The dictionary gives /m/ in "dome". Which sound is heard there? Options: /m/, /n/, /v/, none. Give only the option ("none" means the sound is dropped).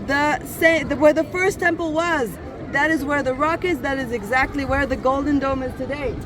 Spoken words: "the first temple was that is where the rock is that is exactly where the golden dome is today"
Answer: /m/